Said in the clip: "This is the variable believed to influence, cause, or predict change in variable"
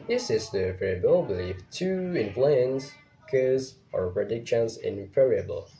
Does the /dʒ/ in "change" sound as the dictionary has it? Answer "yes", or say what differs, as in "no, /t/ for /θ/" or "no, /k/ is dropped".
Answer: no, /z/ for /dʒ/